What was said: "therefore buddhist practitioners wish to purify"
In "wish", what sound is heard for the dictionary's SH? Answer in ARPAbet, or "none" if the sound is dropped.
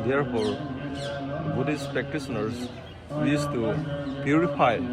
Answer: S